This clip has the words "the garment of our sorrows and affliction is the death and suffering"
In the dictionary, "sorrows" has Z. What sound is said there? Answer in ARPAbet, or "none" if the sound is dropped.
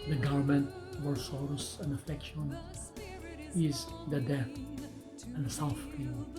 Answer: S